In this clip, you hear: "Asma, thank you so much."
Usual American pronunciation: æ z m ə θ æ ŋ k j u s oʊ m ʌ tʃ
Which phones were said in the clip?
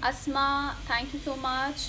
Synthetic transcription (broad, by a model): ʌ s m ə t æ ŋ k j u s oʊ m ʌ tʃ